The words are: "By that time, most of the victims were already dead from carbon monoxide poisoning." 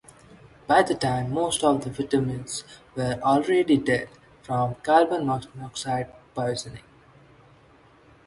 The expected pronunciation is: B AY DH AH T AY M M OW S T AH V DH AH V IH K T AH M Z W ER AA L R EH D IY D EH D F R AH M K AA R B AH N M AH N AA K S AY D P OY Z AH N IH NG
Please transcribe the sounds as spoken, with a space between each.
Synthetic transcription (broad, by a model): B AY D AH T AY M M OW S T AH V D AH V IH T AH M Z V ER AA L R EH D IY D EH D F R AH M K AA L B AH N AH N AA K S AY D P OY Z AH N IH NG